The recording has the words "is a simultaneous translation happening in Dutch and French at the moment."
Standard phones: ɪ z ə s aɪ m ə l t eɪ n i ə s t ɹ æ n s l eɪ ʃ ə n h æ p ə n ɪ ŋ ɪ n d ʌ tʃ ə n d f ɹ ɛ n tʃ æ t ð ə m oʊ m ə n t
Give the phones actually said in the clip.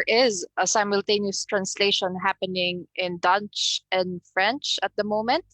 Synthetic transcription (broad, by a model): ɪ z ə s aɪ m ə l t eɪ n i ə s t ɹ æ n s l eɪ ʃ ə n h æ p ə n ɪ ŋ ɪ n d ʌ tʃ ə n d f ɹ ɛ n tʃ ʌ t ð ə m oʊ m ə n t